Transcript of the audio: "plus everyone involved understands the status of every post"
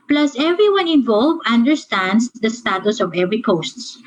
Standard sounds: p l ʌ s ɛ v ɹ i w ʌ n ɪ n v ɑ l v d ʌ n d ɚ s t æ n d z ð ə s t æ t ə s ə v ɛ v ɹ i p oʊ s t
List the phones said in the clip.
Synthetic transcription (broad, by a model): p l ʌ s ɛ v ɹ i w ʌ n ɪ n v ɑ l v ʌ n d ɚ s t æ n d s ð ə s t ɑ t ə s ə v ɛ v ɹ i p oʊ s t